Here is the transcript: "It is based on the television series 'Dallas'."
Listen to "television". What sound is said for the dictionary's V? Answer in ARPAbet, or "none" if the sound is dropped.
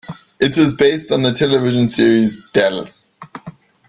V